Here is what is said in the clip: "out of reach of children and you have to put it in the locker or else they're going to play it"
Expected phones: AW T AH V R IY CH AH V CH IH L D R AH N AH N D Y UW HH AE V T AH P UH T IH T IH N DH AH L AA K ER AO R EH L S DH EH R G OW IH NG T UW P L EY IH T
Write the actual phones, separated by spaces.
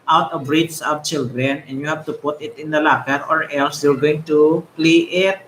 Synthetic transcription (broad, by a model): AW T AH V R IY S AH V CH IH L D R AH N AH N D Y UW HH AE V T AH P UH T IH T IH N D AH L AA K ER AO R EH L S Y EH R G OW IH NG T UW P L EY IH T